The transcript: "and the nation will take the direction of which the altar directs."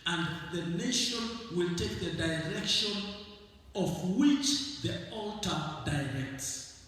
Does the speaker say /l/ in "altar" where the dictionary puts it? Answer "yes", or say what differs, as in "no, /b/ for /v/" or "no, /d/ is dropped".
yes